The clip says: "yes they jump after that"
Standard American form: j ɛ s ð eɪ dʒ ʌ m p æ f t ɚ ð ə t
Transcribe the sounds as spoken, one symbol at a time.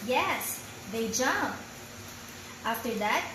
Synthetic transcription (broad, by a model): j ɛ s ð eɪ dʒ ʌ m p æ f t ɚ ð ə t